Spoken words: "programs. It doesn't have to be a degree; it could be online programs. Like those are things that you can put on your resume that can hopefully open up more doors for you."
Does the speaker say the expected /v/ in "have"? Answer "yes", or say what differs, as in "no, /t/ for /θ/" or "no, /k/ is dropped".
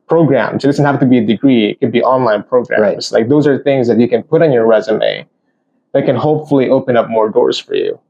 no, /f/ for /v/